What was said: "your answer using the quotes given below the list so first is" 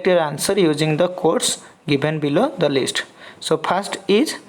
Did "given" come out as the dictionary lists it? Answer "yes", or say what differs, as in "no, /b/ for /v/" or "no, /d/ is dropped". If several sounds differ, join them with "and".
no, /b/ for /v/